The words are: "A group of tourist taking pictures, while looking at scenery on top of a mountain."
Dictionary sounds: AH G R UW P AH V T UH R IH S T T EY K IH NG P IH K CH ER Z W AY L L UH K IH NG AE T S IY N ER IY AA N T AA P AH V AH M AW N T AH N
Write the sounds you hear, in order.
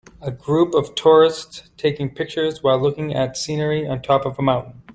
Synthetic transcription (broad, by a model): AH G R UW P AH V T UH R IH S T T EY K IH NG P IH K CH ER Z W AY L L UH K IH NG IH T S IY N ER IY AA N T AA P AH V AH M AW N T N